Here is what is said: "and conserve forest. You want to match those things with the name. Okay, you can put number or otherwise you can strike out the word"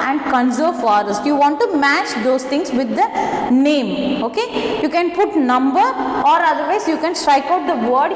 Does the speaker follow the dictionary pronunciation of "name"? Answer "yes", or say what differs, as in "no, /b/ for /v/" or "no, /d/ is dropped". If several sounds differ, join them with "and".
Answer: yes